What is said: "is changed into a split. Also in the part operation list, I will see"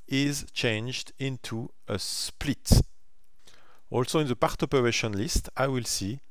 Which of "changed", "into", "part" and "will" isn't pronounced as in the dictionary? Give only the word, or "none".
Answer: none